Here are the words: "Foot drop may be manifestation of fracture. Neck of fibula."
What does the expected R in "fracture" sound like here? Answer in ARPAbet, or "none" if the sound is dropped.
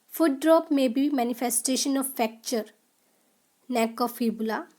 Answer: none